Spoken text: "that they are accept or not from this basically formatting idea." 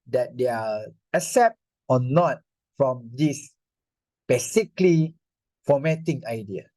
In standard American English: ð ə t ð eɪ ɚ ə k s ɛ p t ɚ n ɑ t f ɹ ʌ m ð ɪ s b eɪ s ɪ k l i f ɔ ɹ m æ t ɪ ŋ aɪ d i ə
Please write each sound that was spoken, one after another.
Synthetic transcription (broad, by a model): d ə t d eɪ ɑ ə s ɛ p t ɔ n ɑ t f ɹ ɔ m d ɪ s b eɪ s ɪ k l i f ɔ m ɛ t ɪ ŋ aɪ d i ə